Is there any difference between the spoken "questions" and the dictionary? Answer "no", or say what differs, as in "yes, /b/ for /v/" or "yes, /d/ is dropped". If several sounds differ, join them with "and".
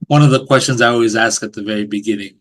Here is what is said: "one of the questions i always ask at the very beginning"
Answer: no